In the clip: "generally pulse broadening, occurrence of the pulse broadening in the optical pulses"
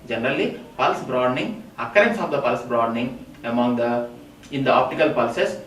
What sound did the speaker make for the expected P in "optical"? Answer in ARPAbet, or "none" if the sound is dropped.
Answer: P